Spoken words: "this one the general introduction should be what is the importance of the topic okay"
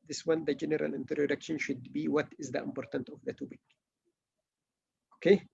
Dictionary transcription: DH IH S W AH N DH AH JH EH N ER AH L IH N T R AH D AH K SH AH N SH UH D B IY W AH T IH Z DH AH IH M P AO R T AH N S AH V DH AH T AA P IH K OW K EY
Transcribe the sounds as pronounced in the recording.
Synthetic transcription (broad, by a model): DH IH S W AH N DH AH JH EH N ER AH L IH N T R AH D AH K SH AH N SH UH D B IY W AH T IH Z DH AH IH M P AO R T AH N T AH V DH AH T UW B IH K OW K EY